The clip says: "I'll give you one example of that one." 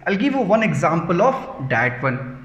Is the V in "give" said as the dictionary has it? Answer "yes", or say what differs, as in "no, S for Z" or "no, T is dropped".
yes